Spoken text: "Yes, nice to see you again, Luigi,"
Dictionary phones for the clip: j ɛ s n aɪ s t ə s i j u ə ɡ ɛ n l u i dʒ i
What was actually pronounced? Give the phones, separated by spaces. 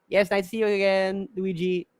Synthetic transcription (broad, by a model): j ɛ s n aɪ t s i j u ə ɡ ɛ n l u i dʒ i